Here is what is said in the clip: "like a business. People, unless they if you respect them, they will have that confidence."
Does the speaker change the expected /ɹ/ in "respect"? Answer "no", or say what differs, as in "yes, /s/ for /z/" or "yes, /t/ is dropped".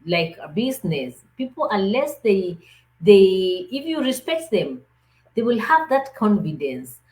no